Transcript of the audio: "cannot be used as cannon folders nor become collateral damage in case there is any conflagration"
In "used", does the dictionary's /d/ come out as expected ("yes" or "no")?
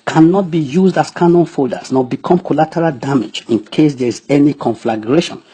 yes